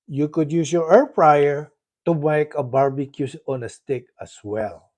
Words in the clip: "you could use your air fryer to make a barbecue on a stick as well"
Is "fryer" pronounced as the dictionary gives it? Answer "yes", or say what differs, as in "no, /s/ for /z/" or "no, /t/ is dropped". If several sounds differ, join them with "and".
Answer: no, /p/ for /f/